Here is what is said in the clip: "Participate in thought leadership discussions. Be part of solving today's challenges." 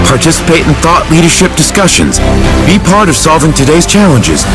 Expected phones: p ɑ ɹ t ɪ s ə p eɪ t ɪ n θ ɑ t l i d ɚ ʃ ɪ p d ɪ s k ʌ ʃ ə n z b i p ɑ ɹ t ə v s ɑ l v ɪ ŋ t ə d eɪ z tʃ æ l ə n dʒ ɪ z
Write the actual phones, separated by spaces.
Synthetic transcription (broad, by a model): p ɑ ɹ t ɪ s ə p eɪ t n θ ɑ t l i d ɚ ʃ ɪ p d ɪ s k ʌ ʃ ə n z b i p ɑ ɹ t ə v s ɑ l v ɪ ŋ t ə d eɪ z tʃ æ l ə n dʒ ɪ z